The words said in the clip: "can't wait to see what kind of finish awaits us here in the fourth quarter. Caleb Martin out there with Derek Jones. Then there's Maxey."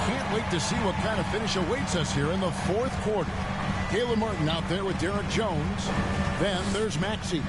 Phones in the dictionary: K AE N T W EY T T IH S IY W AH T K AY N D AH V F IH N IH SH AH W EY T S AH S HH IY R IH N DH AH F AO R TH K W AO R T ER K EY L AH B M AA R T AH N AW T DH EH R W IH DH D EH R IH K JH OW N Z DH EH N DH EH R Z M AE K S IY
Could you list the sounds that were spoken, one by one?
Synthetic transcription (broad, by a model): K AE N T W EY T T IH S IY W AH T K AY N D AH F IH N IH SH AH W EY T S AH S HH IY R IH N DH AH F AO R TH K W AO R T ER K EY L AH M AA R T N AW T DH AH R W IH DH D EH R IH K JH OW N Z DH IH N DH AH R Z M AE K S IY